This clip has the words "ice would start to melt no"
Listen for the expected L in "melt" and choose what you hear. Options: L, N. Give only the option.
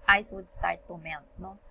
N